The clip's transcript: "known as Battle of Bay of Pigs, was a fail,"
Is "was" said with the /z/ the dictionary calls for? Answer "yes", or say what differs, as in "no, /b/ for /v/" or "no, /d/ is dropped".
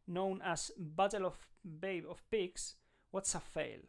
no, /s/ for /z/